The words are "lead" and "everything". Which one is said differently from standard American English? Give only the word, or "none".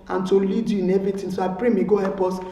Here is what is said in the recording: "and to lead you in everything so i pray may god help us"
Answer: everything